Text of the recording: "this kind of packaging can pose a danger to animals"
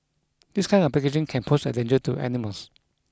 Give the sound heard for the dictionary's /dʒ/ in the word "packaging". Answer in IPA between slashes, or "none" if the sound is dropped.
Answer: /ʃ/